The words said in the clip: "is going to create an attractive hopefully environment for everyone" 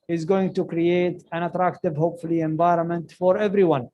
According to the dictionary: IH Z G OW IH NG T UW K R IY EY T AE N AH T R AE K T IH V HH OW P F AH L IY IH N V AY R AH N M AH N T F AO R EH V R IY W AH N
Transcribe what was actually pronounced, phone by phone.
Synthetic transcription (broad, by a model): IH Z G OW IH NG T UW K R IY EY T AE N AH T R AE K T IH V HH OW P F AH L IY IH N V AY R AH N M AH N T F AO R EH V R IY W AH N